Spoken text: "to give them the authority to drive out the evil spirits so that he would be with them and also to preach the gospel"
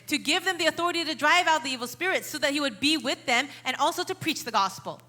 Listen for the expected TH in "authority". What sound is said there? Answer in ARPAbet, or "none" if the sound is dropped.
TH